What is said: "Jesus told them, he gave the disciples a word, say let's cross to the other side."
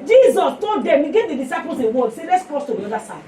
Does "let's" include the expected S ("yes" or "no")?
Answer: yes